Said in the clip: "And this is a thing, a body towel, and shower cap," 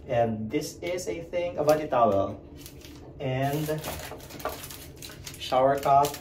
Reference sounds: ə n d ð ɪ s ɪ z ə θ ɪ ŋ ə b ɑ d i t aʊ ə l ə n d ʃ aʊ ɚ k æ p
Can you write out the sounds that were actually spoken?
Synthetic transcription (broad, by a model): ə n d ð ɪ s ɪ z ə θ ɪ ŋ ə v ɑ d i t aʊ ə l ə n d ʃ aʊ ɚ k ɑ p